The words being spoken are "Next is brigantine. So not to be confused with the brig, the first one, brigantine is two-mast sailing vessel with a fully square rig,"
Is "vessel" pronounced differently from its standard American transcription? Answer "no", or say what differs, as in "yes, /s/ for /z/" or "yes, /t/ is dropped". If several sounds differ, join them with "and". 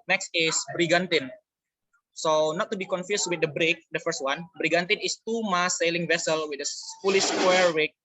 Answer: no